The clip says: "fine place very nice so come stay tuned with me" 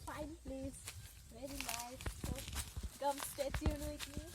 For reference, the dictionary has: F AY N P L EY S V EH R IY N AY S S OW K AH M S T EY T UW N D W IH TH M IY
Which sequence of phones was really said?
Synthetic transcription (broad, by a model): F AY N P L EY S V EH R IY L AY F S OW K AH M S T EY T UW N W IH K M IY